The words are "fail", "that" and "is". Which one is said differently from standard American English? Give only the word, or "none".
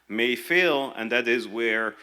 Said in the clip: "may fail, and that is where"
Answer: none